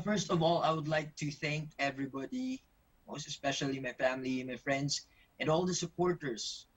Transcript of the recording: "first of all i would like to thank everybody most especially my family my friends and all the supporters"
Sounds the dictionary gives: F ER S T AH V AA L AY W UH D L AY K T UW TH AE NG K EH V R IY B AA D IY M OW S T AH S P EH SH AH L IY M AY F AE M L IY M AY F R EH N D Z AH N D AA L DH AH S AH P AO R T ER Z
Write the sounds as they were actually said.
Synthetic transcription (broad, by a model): F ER S T AH V AA L AY W UH D L AY K T UW TH AE NG K EH V R IY B AA D IY M OW S T AH S P EH SH AH L IY M AY F AE M L IY M AY F R EH N D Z AH N D AA L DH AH S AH P AO R T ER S